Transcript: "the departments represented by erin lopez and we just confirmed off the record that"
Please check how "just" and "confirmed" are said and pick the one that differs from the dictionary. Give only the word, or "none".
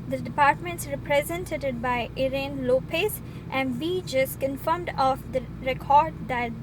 none